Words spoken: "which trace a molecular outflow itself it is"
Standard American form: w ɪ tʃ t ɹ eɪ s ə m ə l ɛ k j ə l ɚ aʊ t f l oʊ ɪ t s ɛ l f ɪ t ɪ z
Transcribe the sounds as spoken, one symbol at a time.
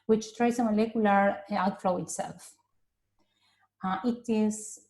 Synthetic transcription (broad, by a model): w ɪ tʃ t ɹ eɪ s ə m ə l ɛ k j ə l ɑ aʊ t f l oʊ ɪ t s ɛ l f ɪ t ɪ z